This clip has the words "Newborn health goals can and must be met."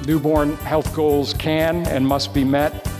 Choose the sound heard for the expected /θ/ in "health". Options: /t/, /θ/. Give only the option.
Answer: /θ/